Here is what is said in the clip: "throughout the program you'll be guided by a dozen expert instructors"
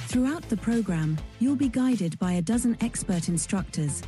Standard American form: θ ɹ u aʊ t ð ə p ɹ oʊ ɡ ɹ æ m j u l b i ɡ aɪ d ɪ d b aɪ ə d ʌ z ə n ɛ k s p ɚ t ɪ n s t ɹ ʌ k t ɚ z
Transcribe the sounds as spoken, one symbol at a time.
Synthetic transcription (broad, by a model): θ ɹ u aʊ t ð ə p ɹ oʊ ɡ ɹ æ m j u l b i ɡ aɪ d ɪ d b aɪ ə d ʌ z ə n ɛ k s p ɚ t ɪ n s t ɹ ʌ k t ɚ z